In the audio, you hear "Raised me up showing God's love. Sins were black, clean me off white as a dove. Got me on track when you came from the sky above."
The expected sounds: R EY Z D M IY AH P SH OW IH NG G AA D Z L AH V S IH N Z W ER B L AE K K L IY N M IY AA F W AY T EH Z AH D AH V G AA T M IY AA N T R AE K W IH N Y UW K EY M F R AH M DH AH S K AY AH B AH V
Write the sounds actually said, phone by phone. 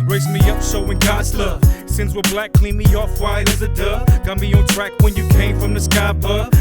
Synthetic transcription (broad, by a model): R EY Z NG M IY AH P S OW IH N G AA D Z L AH V S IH N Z W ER B L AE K K L IY N M IY AA F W AY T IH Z AH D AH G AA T M IY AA N T R AE K W IH N Y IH K EY M F R AH M DH AH S K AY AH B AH